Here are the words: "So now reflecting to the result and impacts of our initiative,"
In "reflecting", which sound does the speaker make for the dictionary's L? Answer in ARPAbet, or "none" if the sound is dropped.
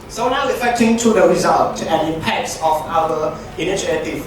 none